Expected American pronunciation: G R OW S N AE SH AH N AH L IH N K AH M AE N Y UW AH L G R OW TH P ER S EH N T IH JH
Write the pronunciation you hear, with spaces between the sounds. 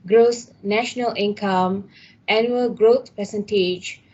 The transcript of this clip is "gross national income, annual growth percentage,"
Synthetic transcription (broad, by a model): G R OW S N AE SH AH N AH L IH N K AH M AE N Y UW AH L G R OW T P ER S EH N T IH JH